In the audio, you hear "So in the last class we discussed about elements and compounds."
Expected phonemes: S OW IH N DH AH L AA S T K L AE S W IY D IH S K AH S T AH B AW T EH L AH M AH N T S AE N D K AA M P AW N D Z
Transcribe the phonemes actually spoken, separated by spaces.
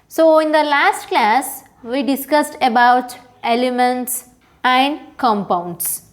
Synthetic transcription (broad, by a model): S OW IH N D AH L AA S T K L AE S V IY D IH S K AH S T AH B AW T EH L AH M AH N T S AE N D K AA M P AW N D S